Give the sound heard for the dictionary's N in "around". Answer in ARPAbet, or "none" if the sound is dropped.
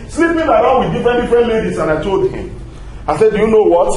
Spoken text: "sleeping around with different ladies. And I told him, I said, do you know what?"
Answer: L